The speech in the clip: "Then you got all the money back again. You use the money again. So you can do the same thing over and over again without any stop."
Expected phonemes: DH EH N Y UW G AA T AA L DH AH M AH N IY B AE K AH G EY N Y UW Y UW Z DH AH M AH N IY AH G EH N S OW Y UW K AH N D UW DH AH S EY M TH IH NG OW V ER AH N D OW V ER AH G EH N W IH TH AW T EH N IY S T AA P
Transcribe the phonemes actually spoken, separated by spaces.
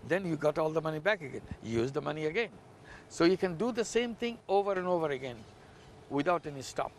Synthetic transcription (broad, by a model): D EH N Y UW G AA T AA L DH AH M AH N IY B AE K AH G EY N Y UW Y UW Z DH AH M AH N IY AH G EH N S OW Y UW K AH N D UW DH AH S EY M T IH NG OW V ER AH N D OW V ER AH G EH N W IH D AW T EH N IY S T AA P